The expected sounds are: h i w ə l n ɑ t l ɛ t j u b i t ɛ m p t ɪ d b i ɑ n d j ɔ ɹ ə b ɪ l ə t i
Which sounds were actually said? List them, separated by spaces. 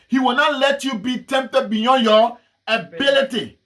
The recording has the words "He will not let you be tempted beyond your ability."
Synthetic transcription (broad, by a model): h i w ə l n ɑ t l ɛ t j u b i t ɛ m p t ɪ d b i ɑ n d j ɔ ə b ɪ l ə t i